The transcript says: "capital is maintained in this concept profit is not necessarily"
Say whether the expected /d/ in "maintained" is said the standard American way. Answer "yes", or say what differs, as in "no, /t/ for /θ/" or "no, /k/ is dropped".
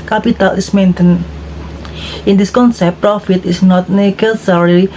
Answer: no, /d/ is dropped